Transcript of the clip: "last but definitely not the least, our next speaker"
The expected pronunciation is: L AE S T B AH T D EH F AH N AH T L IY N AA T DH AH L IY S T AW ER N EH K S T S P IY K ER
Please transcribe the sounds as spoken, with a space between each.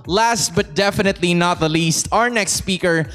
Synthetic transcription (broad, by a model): L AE S T B AH T D EH F AH N AH T L IY N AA T DH AH L IY S T AW ER N EH K S T S P IY K ER